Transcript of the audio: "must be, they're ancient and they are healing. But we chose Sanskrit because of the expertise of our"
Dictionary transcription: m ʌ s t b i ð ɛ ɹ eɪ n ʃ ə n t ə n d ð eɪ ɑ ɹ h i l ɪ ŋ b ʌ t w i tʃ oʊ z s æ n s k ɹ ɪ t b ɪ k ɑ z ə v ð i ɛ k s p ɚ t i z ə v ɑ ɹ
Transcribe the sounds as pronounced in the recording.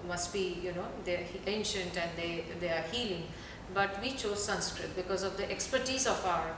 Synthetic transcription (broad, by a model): m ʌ s t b i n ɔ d eɪ n ʃ ə n t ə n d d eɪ ɑ ɹ h i l ɪ ŋ b ʌ t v i tʃ oʊ z s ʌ n s k ɹ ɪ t b ɪ k ɑ z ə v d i ɛ k s p ɚ t i z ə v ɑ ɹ